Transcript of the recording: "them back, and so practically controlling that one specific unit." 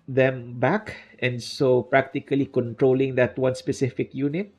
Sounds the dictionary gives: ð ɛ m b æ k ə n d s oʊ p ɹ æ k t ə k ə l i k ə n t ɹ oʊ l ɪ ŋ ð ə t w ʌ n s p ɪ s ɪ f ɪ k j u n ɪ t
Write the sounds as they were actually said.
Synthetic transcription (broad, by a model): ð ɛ m b æ k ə n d s oʊ p ɹ æ k t ə k ə l i k ə n t ɹ oʊ l ɪ ŋ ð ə t w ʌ n s p ɪ s ɪ f ɪ k j u n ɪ t